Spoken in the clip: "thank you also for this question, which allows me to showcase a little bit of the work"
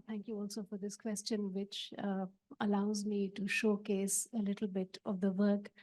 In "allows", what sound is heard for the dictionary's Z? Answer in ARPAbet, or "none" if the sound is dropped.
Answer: Z